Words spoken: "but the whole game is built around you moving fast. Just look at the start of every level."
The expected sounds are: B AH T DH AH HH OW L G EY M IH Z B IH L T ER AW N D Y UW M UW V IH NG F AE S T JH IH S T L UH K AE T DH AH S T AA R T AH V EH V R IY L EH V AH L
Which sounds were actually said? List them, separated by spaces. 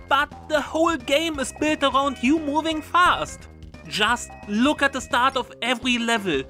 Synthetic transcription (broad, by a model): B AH T DH AH HH OW L G EY M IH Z B IH L T ER AW N D Y UW M UW V IH NG F AE S T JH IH S T L UH K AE T DH AH S T AA R T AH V EH V R IY L EH V L